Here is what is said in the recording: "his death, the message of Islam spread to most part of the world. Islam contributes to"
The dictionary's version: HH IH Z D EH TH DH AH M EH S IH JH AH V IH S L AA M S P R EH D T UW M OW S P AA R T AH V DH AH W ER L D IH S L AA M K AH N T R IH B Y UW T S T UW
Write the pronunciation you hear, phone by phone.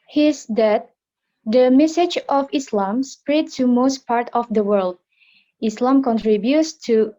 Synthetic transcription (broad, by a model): HH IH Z D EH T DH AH M EH S IH JH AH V IH S L AA M S P R EH D T UW M OW S P AA R T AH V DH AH W ER L D IH S L AA M K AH N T R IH B Y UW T S T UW